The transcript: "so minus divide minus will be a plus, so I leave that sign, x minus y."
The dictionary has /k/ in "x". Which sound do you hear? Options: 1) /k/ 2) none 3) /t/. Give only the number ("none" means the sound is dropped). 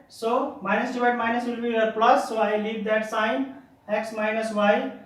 1